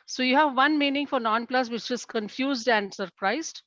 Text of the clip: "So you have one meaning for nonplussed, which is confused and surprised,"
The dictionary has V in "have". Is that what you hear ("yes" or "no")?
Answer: yes